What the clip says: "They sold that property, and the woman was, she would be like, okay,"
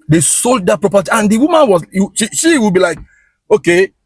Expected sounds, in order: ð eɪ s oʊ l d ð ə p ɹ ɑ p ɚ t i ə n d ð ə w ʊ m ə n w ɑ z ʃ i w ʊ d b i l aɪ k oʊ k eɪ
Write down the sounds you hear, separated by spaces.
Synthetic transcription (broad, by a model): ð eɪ s oʊ l d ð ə p ɹ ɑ p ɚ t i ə n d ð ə w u m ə n w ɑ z ʃ i w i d b i l aɪ k oʊ k eɪ